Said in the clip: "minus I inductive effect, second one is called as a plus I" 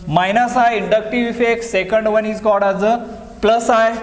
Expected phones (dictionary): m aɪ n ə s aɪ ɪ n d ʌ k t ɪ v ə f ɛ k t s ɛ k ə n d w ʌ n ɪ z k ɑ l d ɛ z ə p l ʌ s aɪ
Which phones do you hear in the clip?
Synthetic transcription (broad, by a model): m aɪ n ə s aɪ ɪ n d ʌ k t ɪ v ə f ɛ k s ɛ k ə n d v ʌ n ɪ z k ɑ d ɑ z ə p l ʌ s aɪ